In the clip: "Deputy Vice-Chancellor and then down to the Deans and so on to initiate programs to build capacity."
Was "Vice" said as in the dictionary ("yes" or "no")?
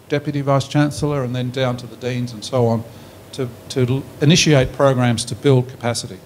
yes